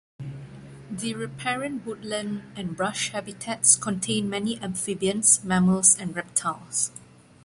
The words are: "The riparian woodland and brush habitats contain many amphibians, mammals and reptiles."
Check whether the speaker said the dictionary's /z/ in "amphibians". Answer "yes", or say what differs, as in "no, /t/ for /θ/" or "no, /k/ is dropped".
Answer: no, /s/ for /z/